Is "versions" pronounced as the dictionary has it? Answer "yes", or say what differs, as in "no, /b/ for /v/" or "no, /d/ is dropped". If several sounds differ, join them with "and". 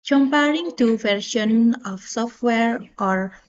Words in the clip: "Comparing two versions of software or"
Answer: no, /ʃ/ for /ʒ/ and /z/ is dropped